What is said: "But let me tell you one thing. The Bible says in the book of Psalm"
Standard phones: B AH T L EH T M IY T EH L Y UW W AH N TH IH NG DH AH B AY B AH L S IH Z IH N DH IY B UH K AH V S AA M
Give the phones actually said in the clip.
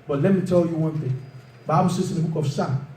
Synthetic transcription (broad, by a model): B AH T L EH T M IY T EH L Y UW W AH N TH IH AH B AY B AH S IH S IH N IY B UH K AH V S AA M